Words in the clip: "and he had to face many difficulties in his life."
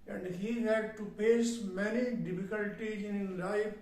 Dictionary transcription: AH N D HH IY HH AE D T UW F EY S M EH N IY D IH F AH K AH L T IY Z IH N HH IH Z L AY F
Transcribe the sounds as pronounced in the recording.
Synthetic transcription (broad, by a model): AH N D HH IY HH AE D T UW P EY S M EH N IY D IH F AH K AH L T IY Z IH N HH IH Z L AY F